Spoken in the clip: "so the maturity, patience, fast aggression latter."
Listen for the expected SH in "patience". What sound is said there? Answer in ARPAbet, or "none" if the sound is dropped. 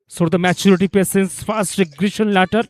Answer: S